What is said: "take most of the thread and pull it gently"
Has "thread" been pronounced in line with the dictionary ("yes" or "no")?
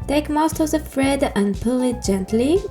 no